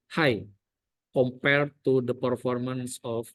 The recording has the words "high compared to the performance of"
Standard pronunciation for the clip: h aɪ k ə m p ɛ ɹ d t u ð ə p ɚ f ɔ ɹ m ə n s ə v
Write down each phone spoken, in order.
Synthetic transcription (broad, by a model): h aɪ k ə m p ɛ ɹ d t u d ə p ɚ f ɔ ɹ m ə n s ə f